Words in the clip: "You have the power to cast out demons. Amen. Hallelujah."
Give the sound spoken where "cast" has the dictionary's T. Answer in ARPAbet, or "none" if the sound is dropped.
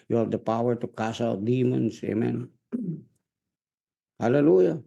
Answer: none